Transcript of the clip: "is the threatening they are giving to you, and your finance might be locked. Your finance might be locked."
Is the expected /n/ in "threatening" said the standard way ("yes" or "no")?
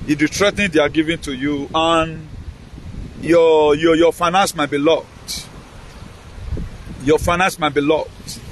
no